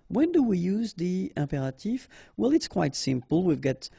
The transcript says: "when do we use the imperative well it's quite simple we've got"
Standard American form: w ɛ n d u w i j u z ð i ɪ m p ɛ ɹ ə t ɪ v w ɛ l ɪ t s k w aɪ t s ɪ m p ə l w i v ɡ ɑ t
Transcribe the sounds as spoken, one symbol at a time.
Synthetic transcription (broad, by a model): w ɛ n d u w i j u z ð i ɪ p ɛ ɹ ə t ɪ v w ɛ l ɪ t s k w aɪ t s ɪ m p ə l w i v ɡ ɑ t